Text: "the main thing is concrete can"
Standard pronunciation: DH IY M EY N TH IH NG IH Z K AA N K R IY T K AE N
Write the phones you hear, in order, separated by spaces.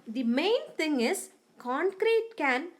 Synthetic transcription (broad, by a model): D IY M EY N T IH NG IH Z K AA N K R IY T K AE N